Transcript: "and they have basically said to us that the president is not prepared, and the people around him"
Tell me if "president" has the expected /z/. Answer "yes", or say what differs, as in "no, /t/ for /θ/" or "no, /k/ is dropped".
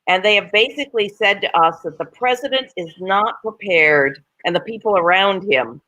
yes